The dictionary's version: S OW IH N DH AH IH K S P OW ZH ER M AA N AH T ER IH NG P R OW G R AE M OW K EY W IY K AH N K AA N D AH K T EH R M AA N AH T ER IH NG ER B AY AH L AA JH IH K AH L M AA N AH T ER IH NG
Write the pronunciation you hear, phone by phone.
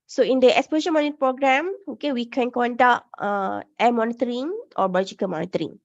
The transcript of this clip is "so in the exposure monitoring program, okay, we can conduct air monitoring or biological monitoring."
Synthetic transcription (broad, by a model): S OW IH N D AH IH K S P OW Z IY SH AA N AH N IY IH P R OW G R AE M OW K EY W IY K AH N K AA N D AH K T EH M AA N AH T ER IH NG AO B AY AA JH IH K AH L M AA N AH T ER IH NG